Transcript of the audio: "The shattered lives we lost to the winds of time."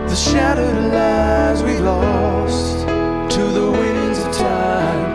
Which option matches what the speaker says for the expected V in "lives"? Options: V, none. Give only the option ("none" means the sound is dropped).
none